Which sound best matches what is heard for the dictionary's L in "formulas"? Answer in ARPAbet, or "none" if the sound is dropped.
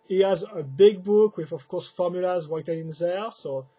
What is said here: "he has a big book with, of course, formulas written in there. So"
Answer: L